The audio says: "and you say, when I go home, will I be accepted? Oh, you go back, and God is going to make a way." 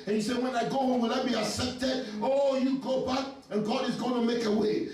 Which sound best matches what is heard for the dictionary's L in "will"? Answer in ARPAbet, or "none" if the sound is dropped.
N